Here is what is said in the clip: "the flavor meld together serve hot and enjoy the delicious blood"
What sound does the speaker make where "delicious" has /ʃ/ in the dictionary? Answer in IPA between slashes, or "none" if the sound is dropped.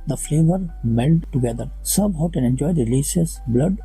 /s/